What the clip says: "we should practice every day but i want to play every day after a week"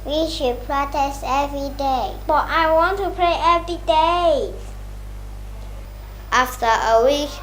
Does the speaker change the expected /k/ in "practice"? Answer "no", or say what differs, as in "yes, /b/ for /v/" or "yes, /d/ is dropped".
yes, /k/ is dropped